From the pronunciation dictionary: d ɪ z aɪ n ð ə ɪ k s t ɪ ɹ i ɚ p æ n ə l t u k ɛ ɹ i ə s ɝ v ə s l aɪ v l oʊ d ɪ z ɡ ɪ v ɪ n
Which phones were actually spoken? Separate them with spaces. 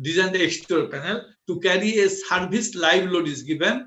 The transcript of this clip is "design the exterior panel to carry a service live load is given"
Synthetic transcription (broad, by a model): d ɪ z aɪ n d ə k s t ɹ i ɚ p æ n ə l t u k ɛ ɹ i ə s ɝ b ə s l aɪ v l oʊ d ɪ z ɡ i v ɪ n